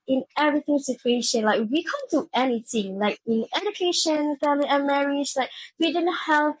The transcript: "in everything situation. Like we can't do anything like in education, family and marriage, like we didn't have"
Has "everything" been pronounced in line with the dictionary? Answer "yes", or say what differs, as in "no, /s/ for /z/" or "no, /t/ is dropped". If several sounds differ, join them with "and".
yes